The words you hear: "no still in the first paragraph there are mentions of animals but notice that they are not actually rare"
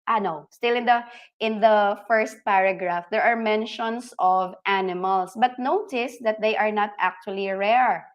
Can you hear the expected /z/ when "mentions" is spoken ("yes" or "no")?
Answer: no